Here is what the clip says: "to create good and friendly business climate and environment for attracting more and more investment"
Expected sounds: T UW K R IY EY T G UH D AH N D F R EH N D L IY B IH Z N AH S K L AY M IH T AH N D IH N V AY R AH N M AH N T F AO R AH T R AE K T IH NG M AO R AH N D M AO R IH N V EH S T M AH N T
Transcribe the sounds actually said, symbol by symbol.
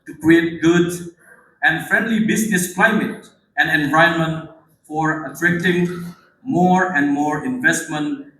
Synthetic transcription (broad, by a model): T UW K R IY EY T G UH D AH N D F R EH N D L IY B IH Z N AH S K L AY M IH T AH N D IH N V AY AH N M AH N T F AO R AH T R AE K T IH NG M AO R AH N D M AO R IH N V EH S T M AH N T